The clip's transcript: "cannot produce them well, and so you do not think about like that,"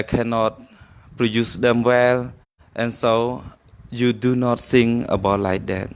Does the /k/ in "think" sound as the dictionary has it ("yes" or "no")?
no